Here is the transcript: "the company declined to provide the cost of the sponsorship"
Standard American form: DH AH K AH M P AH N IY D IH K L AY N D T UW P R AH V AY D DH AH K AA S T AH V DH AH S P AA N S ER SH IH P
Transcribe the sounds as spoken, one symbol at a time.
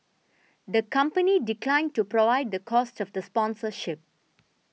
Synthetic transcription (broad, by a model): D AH K AH M P AH N IY D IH K L AY N T UW P R AH V AY D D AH K AA S T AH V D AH S P AA N S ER SH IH P